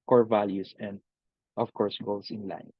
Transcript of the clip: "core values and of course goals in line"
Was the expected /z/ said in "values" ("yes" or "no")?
no